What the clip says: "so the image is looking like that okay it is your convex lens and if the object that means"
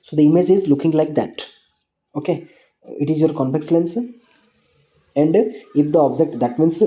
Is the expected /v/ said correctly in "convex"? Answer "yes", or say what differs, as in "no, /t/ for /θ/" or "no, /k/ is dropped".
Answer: no, /p/ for /v/